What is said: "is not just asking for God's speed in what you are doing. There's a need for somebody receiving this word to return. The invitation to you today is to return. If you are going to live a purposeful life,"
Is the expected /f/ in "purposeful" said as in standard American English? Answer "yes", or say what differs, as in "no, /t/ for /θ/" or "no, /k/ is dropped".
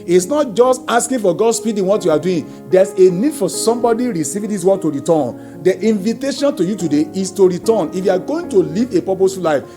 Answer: no, /f/ is dropped